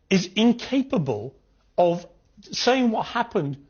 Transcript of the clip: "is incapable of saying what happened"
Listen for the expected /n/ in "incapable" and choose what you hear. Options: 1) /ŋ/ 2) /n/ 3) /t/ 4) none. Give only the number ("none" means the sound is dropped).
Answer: 2